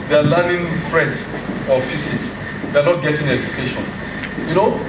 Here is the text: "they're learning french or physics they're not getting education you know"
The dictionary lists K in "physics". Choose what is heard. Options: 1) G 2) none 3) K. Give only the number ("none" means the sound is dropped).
2